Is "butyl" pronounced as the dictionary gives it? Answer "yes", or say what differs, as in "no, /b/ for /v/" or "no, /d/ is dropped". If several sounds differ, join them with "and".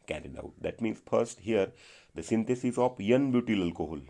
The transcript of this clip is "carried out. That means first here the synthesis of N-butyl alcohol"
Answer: yes